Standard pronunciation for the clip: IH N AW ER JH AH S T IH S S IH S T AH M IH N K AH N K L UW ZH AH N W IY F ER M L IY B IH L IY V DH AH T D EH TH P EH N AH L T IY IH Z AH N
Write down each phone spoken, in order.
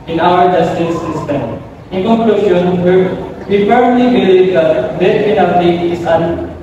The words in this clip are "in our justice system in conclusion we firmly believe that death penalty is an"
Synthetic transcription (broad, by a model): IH N AW ER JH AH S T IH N S IH S T AH M IH N K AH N K L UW SH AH N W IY P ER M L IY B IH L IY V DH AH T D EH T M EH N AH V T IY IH S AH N